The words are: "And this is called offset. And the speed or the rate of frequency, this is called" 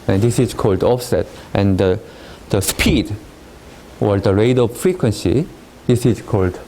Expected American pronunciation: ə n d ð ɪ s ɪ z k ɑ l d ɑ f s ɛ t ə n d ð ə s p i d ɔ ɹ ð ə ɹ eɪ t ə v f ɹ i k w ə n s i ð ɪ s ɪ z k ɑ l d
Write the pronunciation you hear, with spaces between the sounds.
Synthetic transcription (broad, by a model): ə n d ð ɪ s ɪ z k ɑ l d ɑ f s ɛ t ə n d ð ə s p i d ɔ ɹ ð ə ɹ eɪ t ə v f ɹ i k w ə n s i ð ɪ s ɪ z k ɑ l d